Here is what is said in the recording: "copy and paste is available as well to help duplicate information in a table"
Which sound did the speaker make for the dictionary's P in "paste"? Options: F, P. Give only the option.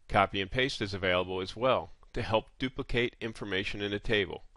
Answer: P